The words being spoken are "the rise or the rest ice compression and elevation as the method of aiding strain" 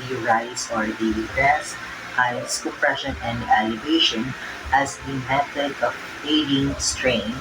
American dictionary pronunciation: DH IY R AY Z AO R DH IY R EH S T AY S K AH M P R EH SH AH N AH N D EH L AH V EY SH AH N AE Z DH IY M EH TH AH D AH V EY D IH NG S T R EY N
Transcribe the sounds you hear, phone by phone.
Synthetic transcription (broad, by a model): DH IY R AY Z AO R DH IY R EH S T AY S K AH P R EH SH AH N AH N D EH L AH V EY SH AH N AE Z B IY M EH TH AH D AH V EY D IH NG S T R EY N